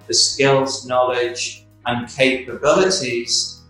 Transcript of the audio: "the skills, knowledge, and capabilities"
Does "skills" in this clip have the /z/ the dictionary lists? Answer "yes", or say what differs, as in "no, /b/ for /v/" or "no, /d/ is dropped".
yes